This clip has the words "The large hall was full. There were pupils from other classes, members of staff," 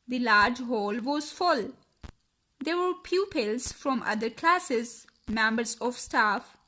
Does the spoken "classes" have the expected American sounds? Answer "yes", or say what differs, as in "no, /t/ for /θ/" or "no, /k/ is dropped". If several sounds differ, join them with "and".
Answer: yes